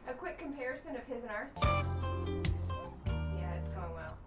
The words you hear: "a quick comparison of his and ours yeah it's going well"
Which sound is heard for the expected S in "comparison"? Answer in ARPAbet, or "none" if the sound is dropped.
S